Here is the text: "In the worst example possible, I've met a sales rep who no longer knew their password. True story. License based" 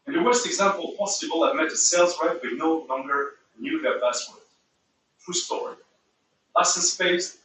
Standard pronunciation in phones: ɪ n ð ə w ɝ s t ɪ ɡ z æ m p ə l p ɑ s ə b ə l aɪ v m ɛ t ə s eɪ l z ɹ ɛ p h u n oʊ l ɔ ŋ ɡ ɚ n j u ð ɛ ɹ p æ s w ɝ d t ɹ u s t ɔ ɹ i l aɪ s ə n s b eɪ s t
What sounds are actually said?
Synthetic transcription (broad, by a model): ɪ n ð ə w ɝ s t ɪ ɡ z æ m p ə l p ɑ s ə b ə l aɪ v m ɛ t ə s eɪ l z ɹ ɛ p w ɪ n oʊ l ɔ ŋ ɡ ɚ n j u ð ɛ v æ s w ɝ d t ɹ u s t ɔ ɹ i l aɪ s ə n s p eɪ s